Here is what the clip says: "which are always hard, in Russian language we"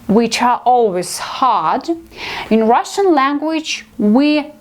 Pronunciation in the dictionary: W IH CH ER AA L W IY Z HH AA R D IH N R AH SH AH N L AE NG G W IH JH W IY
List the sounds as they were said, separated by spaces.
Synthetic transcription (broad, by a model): W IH CH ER AA L W IY Z HH AA R D IH N R AH SH AH N L AE NG G W IH JH W IY